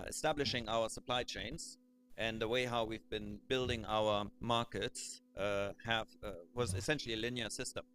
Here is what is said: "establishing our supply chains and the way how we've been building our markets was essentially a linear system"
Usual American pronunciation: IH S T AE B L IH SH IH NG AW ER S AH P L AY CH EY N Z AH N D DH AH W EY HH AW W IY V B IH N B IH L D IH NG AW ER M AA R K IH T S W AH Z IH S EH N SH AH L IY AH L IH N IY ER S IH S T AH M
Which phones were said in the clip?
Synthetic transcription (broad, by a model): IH S T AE B L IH SH IH NG AW ER S AH P L AY CH EY N Z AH N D DH AH W EY HH AW W IY V B IH N B IH L D IH NG AW ER M AA R K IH T S W AH Z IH S EH N SH L IY AH L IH N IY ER S IH S T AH M